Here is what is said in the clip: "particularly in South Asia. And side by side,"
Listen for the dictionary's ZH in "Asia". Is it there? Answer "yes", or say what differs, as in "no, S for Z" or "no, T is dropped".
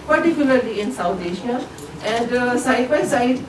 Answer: no, SH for ZH